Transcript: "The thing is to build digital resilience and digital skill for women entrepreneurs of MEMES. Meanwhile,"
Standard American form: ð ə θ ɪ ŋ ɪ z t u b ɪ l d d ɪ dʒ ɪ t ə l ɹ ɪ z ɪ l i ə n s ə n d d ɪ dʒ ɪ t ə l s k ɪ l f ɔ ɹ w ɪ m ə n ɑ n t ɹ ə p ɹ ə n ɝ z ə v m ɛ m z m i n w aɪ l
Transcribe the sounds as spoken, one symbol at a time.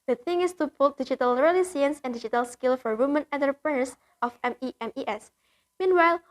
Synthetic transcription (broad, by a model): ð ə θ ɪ ŋ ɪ s t u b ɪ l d d ɪ dʒ ɪ t ə l ɹ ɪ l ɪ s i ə n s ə n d d ɪ dʒ ɪ t ə l s k ɪ l f ɔ ɹ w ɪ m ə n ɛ n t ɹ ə p ɹ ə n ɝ s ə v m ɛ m s m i n w aɪ l